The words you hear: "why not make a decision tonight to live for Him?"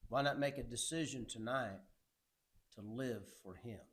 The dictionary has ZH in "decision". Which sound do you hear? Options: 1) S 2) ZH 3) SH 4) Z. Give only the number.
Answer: 2